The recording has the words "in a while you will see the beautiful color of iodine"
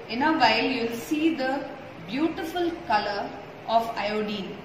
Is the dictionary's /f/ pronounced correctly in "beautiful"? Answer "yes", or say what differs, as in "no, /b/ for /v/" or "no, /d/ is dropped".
yes